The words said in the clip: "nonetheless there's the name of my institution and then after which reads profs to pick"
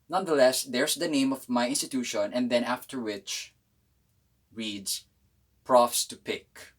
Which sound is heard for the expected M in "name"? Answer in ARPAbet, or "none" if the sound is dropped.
M